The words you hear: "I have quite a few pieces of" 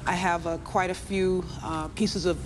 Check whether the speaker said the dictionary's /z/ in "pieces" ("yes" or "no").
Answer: yes